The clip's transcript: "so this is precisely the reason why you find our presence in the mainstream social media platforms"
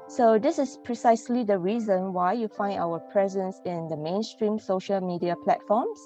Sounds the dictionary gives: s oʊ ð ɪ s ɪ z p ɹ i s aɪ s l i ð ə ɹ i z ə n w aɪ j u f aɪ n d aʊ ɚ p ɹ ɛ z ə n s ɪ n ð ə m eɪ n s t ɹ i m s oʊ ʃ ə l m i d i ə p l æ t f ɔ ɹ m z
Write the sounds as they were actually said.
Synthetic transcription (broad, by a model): s oʊ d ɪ s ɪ s p ɹ i s aɪ s l i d ə ɹ i z ə n w aɪ j u f aɪ n d aʊ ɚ p ɹ ɛ z ə n s ɪ n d ə m eɪ n s t ɹ i m s oʊ ʃ ə l m i d i ə p l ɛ t f ɔ m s